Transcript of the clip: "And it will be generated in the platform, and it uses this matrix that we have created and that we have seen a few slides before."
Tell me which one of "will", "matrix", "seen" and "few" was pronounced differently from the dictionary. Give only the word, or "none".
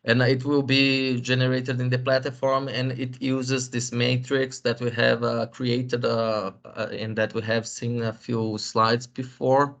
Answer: none